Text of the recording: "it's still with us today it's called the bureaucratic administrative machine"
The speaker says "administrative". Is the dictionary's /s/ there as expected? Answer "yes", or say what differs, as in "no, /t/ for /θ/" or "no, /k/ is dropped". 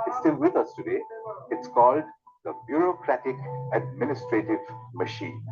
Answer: yes